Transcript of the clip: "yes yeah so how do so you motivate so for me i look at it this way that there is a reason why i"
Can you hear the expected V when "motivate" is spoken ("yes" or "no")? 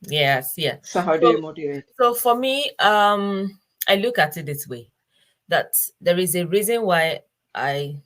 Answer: no